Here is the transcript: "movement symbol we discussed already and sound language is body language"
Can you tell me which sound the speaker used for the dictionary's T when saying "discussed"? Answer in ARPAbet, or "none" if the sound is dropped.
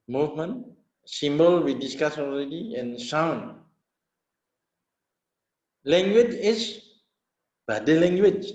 none